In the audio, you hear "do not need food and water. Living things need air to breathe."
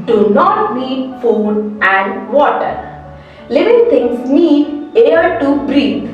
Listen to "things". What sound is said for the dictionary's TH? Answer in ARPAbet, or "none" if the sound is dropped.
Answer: T